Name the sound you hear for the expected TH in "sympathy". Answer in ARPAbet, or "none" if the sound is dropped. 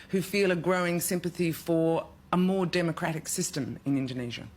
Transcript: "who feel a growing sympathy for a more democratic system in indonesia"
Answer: TH